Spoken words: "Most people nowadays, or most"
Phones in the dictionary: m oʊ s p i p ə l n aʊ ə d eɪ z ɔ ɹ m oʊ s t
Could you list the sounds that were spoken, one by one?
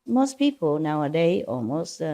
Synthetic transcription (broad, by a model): m oʊ s p i p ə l n aʊ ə d eɪ ɔ l m oʊ s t